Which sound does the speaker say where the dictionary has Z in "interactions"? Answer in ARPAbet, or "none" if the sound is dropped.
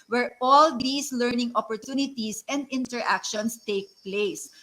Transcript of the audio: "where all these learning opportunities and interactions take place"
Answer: S